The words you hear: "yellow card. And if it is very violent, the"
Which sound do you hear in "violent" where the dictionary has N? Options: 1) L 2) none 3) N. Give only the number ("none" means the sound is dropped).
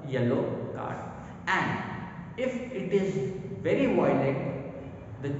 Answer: 2